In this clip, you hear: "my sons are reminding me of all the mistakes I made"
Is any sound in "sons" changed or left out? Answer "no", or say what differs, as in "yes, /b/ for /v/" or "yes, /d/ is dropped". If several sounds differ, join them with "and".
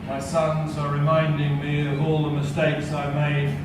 no